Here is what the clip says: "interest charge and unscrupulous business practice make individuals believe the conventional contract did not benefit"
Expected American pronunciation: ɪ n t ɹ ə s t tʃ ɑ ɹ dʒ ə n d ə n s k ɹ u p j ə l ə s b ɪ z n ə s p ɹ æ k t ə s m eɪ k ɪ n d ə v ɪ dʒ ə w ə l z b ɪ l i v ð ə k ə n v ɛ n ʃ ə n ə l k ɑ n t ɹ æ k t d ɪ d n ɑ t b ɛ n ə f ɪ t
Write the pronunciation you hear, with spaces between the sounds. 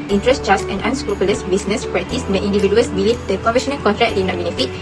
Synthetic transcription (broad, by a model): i n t ɹ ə s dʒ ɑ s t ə n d ə n s k ɹ u p j ə l ə s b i s n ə s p ɹ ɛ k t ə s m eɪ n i n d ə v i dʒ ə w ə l s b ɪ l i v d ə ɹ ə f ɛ ʃ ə n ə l k ɑ n t ɹ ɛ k d ɪ d n ɑ t b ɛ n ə f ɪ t